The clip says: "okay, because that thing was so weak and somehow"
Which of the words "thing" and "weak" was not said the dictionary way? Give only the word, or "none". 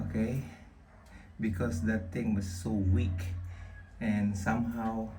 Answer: thing